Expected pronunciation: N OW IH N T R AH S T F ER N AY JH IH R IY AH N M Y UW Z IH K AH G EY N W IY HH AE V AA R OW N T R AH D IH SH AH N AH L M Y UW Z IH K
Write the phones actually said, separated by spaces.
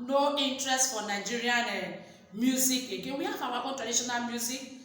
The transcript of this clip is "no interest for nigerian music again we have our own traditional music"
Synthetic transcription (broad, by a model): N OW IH N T R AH S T F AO N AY JH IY R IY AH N M Y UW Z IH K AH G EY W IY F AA W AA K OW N T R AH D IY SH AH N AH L M Y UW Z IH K